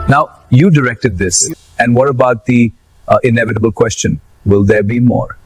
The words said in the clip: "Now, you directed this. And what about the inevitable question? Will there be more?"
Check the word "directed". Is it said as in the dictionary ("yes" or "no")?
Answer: yes